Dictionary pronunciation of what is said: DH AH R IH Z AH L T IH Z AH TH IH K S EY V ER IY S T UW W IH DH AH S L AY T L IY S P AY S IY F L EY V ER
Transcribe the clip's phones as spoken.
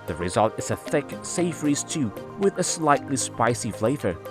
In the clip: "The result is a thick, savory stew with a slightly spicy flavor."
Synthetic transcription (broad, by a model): DH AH R IH Z AH L T IH Z AH TH IH K S EY F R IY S T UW W IH DH AH S L AY T L IY S P AY S IY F L EY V ER